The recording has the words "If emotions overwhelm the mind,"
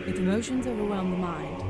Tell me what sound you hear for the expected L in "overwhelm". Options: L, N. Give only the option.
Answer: N